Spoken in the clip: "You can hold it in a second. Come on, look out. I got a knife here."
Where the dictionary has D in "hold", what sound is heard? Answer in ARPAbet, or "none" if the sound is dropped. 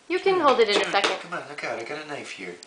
D